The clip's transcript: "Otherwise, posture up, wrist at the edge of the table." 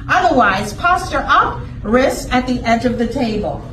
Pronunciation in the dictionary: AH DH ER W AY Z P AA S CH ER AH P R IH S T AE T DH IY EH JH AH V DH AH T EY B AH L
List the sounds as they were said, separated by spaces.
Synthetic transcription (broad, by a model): AH DH ER W AY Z P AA S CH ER AH P R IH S IH T DH IY EH JH AH V DH AH T EY B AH L